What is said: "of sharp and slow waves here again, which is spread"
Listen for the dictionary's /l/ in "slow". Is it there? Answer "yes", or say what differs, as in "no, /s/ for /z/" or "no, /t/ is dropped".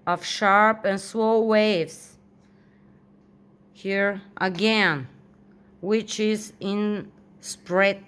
no, /w/ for /l/